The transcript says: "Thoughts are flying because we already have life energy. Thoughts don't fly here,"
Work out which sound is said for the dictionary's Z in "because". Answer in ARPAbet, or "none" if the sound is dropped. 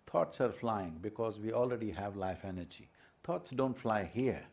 Z